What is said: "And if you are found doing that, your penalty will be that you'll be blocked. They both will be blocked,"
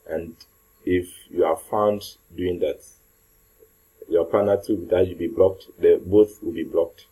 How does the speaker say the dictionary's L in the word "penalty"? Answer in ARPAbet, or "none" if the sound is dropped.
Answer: none